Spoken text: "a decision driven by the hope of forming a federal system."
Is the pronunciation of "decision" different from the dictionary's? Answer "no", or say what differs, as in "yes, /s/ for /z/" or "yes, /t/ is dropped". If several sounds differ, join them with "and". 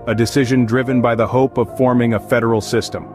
no